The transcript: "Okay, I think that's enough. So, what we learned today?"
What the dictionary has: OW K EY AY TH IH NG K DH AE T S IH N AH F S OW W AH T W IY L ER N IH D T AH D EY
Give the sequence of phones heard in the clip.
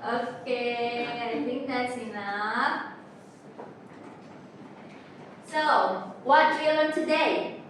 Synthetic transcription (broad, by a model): OW K EY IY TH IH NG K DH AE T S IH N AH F S OW W AH T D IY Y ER L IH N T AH D EY